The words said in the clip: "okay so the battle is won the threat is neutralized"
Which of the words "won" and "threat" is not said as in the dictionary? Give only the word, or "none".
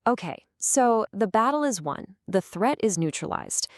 none